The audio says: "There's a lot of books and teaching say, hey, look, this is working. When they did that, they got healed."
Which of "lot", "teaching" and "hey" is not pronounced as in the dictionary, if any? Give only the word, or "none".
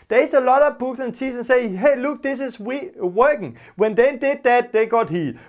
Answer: teaching